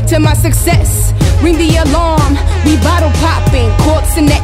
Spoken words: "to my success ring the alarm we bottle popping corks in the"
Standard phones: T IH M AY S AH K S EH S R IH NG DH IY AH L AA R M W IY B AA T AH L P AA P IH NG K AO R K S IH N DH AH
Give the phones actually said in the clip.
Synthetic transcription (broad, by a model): T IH M AY S AH K S EH S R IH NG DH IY AH L AA R M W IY B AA T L P AA P IH NG K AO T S IH N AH